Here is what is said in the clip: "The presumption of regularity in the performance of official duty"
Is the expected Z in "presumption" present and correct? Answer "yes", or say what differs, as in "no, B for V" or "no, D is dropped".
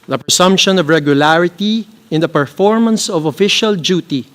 no, S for Z